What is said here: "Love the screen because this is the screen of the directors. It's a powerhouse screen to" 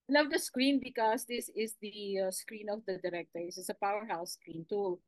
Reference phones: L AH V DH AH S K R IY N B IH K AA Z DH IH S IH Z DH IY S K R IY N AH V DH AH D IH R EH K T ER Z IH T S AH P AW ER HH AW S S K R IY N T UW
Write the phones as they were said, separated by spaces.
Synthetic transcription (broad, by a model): L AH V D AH S K R IY N B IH K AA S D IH S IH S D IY S K R IY N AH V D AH D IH R EH K T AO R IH S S AH P AW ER HH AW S S K R IY N T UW